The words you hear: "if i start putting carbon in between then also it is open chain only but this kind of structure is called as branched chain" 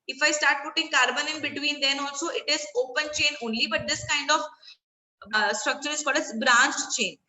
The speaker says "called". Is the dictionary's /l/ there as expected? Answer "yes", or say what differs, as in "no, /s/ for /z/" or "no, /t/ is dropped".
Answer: no, /l/ is dropped